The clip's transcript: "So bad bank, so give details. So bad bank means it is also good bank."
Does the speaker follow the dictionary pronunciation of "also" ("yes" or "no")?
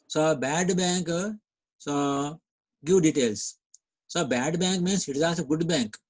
no